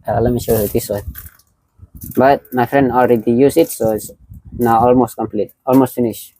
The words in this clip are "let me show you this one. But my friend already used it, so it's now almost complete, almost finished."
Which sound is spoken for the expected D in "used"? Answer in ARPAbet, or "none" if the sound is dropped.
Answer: none